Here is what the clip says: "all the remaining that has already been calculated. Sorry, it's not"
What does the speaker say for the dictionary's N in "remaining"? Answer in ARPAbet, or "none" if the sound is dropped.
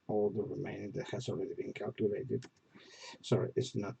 none